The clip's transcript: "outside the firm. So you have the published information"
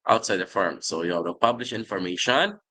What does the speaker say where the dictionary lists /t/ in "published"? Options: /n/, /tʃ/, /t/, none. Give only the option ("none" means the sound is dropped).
none